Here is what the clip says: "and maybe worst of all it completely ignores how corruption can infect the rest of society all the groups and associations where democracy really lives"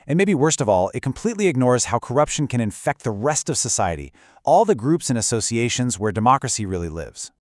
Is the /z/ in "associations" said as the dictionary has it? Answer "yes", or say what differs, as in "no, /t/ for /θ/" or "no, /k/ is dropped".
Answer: yes